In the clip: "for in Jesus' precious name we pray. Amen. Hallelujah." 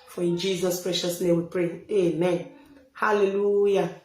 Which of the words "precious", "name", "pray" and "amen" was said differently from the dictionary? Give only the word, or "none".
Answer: none